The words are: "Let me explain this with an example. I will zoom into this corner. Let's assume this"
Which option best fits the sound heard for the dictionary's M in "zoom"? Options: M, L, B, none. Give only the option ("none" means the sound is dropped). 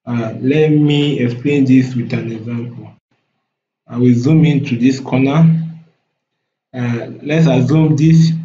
M